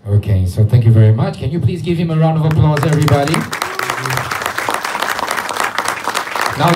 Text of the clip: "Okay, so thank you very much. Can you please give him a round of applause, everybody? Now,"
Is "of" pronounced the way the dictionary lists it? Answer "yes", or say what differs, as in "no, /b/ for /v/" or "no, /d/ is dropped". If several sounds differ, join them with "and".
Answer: yes